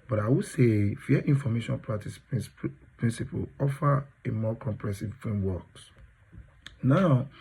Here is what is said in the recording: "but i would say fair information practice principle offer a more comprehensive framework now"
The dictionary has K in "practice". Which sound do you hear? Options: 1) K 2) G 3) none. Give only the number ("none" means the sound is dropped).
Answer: 3